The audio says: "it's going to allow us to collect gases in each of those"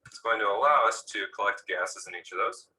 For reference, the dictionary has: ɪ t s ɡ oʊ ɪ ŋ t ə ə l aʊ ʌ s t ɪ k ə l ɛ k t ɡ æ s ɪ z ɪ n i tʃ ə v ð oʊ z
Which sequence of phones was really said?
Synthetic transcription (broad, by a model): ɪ t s ɡ oʊ ɪ ŋ t ə ə l aʊ ʌ s t ɪ k ə l ɛ k t ɡ æ s ɪ z ɪ n i tʃ ə v ð oʊ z